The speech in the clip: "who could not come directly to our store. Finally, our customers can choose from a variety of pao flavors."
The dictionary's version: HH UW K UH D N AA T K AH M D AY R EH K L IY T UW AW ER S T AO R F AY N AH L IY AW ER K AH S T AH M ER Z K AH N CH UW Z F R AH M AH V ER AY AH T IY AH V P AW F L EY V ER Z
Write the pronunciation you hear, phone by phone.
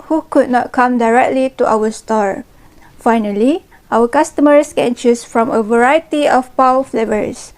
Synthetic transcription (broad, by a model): HH UW K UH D N AA T K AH M D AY R EH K L IY T UW AW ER S T AO R F AY N AH L IY AW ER K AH S T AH M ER S K AH N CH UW S F R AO M AH V ER AY AH T IY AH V P AW F L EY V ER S